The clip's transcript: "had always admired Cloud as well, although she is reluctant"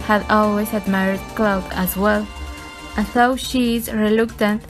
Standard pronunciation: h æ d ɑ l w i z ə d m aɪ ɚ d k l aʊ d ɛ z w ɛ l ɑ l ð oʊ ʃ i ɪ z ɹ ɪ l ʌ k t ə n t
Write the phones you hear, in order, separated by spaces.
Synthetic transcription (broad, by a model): h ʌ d ɑ l w i z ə d m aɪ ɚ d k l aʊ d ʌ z w ɛ l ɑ n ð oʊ ʃ i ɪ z ɹ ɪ l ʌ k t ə n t